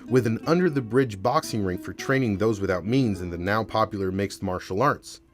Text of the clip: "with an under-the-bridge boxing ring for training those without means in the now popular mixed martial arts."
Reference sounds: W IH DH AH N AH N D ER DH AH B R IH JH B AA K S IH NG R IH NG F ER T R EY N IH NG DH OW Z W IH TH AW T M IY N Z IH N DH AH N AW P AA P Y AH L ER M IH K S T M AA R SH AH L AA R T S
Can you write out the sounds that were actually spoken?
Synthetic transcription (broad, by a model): W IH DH AH N AH N D ER DH AH B R IH JH B AA K S IH NG R IH NG F ER T R EY N IH NG DH OW Z W IH TH AW T M IY N Z IH N DH AH N AW P AA P Y L ER M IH K S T M AA R SH L AA R T S